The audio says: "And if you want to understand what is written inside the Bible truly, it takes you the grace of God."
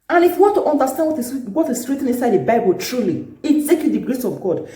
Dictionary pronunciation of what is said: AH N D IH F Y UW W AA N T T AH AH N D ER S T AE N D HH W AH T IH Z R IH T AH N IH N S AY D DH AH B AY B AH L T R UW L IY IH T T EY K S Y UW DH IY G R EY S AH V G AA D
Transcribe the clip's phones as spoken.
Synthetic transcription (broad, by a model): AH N IH F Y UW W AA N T T AH N D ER S T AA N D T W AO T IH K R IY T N IH N S AY D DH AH B AY B AH L T R UW L IY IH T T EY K Y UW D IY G R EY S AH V G AA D